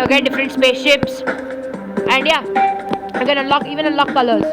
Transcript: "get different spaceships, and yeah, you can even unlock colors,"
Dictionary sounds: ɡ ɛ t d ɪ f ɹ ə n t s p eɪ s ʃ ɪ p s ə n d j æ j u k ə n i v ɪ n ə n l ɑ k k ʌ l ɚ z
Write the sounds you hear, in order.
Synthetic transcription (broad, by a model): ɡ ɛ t d ɪ f ɹ ə n t s p eɪ s ʃ ɪ p s ə n d j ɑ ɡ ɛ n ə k i v ɪ n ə l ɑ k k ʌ l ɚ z